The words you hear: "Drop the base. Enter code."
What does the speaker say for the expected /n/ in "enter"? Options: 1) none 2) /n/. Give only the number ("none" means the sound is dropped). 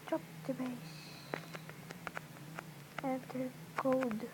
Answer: 1